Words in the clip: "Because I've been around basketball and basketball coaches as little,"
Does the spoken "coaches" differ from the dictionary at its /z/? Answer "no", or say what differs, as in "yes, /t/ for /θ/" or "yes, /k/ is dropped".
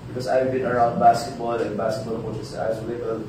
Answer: yes, /s/ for /z/